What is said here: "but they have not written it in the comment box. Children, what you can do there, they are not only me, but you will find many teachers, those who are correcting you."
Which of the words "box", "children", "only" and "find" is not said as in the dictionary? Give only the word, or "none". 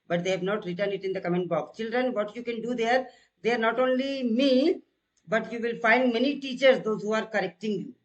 box